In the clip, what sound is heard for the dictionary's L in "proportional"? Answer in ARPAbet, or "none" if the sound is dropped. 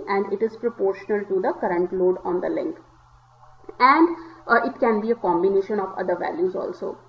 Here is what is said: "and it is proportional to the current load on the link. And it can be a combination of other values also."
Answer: L